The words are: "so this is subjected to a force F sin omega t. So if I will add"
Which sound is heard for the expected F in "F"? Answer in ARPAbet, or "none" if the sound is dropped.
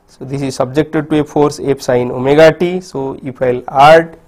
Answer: P